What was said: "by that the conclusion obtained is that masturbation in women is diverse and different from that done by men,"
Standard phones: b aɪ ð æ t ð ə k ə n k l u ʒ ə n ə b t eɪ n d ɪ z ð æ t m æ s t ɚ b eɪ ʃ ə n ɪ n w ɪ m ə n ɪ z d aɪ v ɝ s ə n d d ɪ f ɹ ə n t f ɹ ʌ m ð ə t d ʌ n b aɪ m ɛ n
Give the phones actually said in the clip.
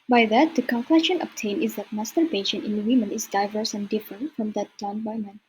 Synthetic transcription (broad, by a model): b aɪ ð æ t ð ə k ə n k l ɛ ʃ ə n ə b t eɪ n ɪ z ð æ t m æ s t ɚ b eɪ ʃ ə n ɪ n w ɪ m ə n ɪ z d aɪ v ɝ s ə n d d ɪ f ɹ ə n t f ɹ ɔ m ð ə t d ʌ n b aɪ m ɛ n